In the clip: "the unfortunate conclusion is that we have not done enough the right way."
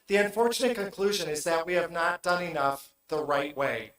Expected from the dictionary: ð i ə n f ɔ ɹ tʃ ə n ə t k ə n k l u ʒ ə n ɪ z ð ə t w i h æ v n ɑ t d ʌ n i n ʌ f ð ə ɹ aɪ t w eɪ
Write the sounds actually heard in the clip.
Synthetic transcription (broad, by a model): ð i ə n f ɔ ɹ tʃ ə n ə t k ə n k l u ʒ ə n ɪ z ð ə t w i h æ v n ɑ t d ʌ n i n ʌ f ð ə ɹ aɪ t w eɪ